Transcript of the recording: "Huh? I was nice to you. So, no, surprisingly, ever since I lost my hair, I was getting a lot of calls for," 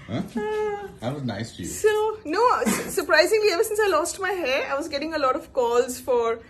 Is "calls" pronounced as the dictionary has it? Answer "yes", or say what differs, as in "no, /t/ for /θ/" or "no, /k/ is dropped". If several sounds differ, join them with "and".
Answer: yes